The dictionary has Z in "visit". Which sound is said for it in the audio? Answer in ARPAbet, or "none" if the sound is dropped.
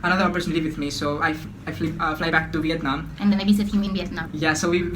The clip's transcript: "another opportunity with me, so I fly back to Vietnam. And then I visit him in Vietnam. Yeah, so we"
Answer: S